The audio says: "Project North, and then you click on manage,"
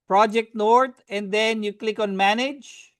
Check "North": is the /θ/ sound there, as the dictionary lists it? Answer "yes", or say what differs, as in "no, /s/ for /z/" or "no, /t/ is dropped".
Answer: no, /t/ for /θ/